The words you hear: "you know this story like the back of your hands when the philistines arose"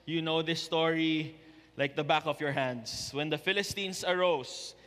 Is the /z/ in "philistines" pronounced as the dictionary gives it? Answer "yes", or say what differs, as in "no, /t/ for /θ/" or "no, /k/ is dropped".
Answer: no, /s/ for /z/